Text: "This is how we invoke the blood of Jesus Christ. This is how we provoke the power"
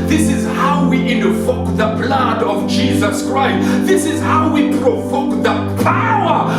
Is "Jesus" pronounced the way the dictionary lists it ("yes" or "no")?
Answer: yes